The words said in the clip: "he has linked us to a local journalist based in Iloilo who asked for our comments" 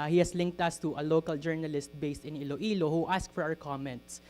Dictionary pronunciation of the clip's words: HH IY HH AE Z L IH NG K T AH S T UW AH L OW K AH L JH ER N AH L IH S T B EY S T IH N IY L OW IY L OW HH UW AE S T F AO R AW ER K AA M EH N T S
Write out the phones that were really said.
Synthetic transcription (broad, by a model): HH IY HH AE S L IH NG K T AH S T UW AH L OW K AH L JH ER N AH L IH S T B EY S T IH N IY L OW IY L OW HH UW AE S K F AO R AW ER K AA M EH N T S